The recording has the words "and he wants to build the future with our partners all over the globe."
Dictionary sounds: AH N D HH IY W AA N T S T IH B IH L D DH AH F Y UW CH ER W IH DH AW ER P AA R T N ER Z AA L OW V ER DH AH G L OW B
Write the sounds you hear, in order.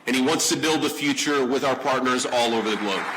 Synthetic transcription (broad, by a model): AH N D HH IY W AA N T S T IH B IH L D DH AH F Y UW CH ER W IH DH AW ER P AA R T N ER Z AA L OW V ER DH AH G L OW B